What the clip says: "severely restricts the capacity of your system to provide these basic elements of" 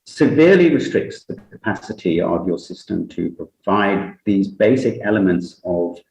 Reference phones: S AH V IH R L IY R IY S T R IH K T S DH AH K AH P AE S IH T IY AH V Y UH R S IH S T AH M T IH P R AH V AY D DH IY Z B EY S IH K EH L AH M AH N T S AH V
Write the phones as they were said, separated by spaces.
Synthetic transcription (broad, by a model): S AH V IH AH L IY R IY S T R IH K T S DH AH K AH P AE S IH T IY AH V Y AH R S IH S T AH M T IH P R AH V AY D DH IY Z B EY S IH K EH L AH M AH N T S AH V